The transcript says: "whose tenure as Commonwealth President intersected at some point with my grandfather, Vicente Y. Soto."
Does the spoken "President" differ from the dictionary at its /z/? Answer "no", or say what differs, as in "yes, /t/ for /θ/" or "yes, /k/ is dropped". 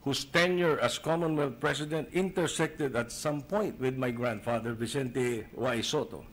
yes, /s/ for /z/